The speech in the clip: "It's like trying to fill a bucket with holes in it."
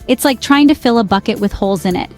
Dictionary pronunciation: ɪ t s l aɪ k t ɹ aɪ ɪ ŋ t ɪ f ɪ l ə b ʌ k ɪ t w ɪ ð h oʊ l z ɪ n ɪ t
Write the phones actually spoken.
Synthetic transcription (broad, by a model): ɪ t s l aɪ k t ɹ aɪ ɪ ŋ t ɪ f ɪ l ə b ʌ k ɪ t w ɪ ð h oʊ l z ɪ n ɪ t